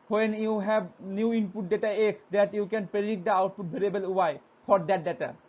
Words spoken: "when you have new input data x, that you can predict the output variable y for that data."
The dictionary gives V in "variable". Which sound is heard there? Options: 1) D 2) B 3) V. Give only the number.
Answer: 2